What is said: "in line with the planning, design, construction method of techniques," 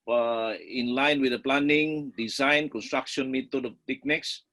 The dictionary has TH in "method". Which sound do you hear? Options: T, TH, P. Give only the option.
T